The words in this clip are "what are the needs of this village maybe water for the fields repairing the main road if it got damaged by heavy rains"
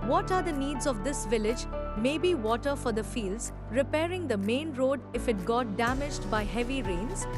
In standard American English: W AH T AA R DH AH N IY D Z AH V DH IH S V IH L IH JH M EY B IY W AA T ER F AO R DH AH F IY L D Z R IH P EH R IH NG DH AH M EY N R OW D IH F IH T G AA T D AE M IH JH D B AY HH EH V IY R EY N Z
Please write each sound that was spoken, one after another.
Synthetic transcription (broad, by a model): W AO T AA R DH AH N IY D Z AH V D IH S V IH L IH JH M EY B IY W AA T ER F AO R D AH F IY L D Z R IH P EH R IH NG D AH M EY N R OW D IH F IH T G AA T D AE M IH JH D B AY HH EH V IY R EY N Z